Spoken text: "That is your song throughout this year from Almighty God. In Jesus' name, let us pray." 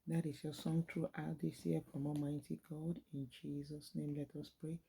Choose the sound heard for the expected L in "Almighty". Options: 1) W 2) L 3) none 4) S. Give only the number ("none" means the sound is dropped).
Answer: 3